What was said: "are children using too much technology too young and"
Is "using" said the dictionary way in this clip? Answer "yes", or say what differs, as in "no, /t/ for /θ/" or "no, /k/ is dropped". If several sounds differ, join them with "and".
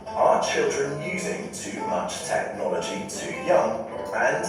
yes